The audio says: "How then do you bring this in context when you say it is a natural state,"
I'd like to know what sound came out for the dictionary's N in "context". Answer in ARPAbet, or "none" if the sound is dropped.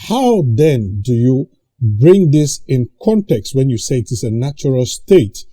N